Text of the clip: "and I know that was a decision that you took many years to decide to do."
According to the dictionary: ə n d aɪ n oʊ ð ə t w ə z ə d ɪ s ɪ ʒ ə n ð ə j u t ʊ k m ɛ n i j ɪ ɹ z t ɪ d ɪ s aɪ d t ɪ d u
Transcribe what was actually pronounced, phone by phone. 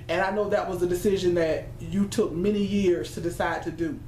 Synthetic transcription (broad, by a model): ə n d aɪ n oʊ ð ə t w ə z ə d ɪ s ɪ ʒ ə n ð ə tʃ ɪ t ʊ k m ɛ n i j ɪ ɹ z t ɪ d ɪ s aɪ d t ɪ d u